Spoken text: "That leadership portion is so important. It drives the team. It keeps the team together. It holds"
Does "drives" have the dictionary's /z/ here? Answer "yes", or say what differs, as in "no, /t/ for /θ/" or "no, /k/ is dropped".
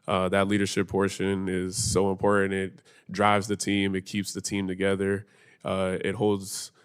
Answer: yes